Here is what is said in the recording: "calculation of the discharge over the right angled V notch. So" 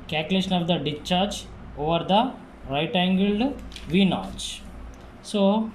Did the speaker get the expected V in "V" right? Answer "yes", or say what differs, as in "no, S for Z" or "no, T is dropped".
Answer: yes